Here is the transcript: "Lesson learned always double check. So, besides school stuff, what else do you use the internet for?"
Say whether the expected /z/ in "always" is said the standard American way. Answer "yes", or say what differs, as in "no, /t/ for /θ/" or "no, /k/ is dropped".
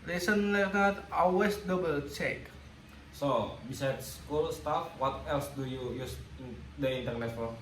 no, /s/ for /z/